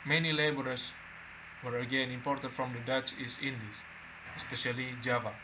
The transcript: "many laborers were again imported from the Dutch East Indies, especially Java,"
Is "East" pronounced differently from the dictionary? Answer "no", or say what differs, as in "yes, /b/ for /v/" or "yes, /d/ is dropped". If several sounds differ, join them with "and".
yes, /t/ is dropped